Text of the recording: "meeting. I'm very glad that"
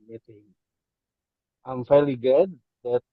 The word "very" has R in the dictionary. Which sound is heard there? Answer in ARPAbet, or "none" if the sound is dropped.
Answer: L